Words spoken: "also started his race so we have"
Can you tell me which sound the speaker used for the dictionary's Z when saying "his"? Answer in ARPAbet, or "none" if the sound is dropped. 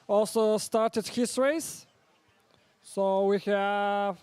S